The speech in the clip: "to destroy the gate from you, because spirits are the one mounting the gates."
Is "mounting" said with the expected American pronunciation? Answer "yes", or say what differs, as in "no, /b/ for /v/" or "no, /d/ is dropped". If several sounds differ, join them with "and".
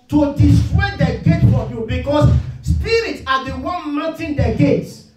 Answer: no, /n/ is dropped